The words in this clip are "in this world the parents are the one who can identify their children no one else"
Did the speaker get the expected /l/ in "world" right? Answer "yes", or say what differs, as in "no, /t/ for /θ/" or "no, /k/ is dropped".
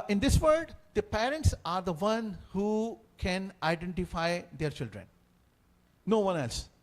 no, /l/ is dropped